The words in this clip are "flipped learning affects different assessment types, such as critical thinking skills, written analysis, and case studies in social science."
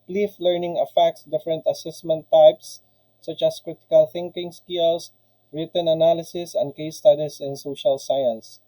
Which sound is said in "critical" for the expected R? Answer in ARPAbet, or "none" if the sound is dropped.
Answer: R